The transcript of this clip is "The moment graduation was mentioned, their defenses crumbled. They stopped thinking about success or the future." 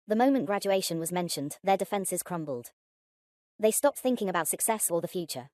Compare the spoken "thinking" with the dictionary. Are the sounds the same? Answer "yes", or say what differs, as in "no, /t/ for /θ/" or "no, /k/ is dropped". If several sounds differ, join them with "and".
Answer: yes